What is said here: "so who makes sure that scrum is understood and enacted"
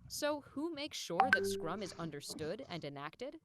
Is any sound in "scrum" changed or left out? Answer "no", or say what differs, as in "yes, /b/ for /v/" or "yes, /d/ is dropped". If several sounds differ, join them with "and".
no